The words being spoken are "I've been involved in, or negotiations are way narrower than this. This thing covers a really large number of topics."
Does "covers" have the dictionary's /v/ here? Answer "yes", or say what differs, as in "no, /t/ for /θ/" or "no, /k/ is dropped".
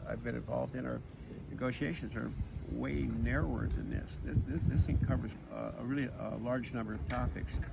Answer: yes